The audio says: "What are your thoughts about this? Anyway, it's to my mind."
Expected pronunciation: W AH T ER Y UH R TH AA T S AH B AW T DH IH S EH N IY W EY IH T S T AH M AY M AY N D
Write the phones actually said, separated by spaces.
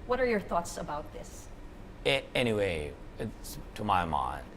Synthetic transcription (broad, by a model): W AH T ER Y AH R TH AA T S AH B AW T DH IH S EH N IY W EY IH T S T AH M AY M AY N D